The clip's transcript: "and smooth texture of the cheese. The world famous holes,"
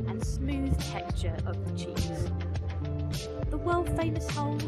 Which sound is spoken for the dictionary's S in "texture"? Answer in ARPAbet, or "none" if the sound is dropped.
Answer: none